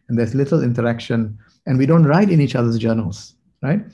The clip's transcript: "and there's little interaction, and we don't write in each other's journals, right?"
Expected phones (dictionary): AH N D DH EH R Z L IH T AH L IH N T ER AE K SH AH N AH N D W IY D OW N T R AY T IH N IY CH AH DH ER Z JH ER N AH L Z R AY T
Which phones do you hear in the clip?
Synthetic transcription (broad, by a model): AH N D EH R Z L IH T AH L IH N T ER AE K SH AH N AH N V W IY D OW N T R AY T IH N IY CH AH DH ER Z JH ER N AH L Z R AY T